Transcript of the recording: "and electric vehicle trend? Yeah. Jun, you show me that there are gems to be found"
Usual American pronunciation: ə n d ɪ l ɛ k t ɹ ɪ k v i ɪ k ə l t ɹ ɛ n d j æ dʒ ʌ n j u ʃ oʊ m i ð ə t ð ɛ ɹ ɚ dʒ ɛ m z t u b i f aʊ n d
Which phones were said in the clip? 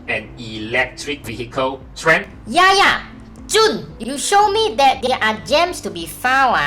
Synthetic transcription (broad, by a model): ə n ɪ l ɛ k t ɹ ɪ k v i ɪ k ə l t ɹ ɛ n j j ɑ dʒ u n j u ʃ oʊ m i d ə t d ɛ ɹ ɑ dʒ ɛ m s t u b i f aʊ